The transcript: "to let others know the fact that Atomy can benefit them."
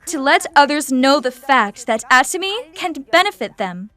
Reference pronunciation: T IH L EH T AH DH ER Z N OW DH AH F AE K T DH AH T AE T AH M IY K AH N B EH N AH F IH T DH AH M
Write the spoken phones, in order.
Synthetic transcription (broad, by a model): T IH L EH T AH DH ER Z N OW DH AH F AE K T DH AH T AE T AH M IY K AH N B EH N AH F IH T DH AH M